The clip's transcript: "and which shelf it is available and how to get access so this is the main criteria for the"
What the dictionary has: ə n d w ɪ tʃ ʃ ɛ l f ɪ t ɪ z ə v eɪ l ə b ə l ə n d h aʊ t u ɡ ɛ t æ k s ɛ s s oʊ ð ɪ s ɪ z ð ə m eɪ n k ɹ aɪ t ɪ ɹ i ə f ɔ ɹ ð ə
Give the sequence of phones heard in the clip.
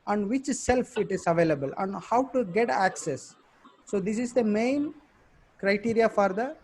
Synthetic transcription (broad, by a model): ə n d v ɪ tʃ s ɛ l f ɪ t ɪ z ə v eɪ l ə b ə l ə n d h aʊ t u ɡ ɛ t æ k s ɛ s s oʊ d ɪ s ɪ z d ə m eɪ n k ɹ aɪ t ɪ ɹ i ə f ɔ ɹ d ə